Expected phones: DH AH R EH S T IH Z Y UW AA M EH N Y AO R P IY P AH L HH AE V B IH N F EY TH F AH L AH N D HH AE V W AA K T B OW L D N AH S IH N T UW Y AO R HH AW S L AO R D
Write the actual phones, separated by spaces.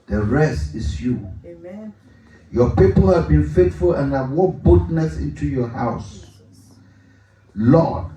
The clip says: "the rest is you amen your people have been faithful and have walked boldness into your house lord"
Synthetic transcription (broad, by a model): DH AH R EH S T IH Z Y UW Y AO P IY P AH L HH AE V B IH N F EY T F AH L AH N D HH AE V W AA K B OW D N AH S IH N T UW Y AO HH AW S L AO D